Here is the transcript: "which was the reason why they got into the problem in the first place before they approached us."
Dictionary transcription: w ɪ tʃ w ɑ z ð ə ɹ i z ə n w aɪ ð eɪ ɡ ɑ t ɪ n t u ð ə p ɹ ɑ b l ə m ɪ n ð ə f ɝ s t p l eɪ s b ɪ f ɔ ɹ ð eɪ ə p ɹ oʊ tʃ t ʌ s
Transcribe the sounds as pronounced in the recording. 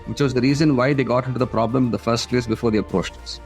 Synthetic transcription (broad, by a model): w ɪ tʃ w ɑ z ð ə ɹ i z ə n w aɪ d eɪ ɡ ɑ t ɪ n t u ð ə p ɹ ɑ b l ə m ɪ n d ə f ɝ s t p l eɪ s b ɪ f ɔ ɹ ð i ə p ɹ oʊ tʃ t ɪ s